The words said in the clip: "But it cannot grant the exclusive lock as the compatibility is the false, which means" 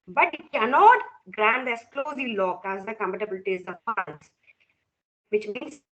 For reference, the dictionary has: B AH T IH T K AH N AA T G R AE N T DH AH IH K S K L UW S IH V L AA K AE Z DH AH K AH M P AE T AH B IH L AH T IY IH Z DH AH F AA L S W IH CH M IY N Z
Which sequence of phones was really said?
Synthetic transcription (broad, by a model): B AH T IH T K AH N AA T G R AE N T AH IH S K L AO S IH L AA K AE Z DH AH K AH M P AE T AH B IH L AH T IY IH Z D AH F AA N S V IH CH M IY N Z